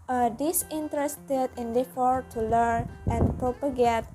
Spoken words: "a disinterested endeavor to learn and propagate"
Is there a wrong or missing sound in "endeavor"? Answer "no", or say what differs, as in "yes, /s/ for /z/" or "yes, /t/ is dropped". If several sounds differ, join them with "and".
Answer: yes, /f/ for /v/